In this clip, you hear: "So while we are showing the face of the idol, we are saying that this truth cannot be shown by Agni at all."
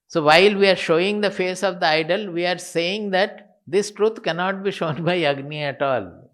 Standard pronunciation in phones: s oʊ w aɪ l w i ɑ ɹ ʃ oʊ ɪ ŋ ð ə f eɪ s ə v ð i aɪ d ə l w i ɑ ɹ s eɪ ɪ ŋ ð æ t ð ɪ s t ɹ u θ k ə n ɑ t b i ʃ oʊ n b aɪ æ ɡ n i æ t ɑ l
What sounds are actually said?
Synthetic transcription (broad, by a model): s oʊ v aɪ l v i ɑ ɹ ʃ oʊ ɪ ŋ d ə f eɪ s ə v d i aɪ d ə l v i ɑ ɹ s eɪ ɪ ŋ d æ t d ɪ s t ɹ u t k ə n ɑ t b i ʃ oʊ n b aɪ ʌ ɡ n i æ t ɑ l